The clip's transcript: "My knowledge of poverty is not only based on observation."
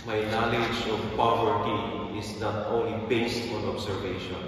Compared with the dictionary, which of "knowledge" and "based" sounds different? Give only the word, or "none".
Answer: none